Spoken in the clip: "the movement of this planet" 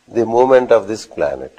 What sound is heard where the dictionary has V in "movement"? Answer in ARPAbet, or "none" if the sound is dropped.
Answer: none